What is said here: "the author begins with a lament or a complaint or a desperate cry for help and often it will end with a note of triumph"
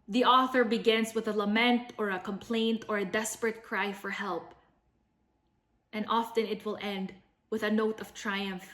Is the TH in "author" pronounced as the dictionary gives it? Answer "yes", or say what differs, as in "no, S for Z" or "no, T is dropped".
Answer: yes